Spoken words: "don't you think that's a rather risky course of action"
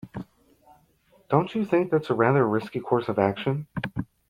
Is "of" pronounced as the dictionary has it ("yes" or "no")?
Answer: yes